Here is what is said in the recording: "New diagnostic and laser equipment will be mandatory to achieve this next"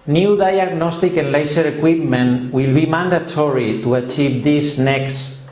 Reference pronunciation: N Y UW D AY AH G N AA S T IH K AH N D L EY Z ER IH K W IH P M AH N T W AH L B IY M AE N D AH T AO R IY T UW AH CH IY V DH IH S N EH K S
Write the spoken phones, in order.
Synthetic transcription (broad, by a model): N Y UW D AY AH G N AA S T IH K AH N L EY S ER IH K W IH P M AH N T W AH L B IY M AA N D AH T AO R IY T UW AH CH IY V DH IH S N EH K S